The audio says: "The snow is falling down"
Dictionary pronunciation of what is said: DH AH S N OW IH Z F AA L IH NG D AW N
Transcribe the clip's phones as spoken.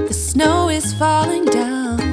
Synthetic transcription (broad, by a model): DH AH S N OW IH Z F AA L IH NG D AW N